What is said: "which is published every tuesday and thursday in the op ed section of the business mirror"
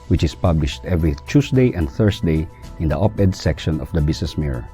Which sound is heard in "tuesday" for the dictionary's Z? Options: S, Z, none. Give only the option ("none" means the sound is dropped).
S